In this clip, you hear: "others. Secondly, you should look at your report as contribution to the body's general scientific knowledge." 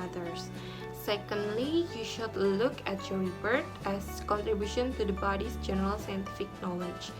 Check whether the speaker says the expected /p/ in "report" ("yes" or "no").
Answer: no